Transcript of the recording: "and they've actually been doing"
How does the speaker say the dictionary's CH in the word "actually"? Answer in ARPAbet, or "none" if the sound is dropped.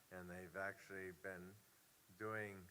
CH